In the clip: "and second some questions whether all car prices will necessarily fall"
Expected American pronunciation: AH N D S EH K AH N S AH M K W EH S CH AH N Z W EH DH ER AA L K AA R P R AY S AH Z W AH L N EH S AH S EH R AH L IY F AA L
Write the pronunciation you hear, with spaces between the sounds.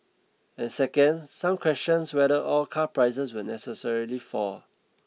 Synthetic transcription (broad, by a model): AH N S EH K AH N S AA M K W EH S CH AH N S W EH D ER AA L K AA P R AY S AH S W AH N EH S AH S EH R AH L IY F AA